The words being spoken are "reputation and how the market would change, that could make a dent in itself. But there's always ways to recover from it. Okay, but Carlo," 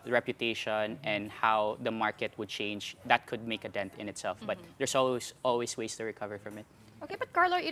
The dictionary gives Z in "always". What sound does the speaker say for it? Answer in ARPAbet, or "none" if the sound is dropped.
S